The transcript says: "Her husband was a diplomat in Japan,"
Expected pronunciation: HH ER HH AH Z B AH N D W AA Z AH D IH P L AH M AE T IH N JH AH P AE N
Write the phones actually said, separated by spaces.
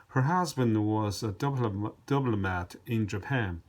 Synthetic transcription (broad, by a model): HH ER HH AH Z B AH N D W AA Z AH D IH B L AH M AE T IH N JH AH P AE N